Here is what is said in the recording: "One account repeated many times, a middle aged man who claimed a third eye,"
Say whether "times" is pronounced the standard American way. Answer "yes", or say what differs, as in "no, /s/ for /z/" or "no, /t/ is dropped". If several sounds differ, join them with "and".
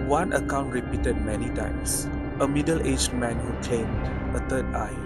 no, /s/ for /z/